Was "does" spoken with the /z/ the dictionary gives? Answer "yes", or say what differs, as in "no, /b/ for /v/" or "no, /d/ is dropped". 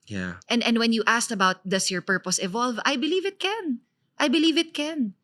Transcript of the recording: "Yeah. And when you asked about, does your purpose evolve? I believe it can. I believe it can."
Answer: no, /s/ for /z/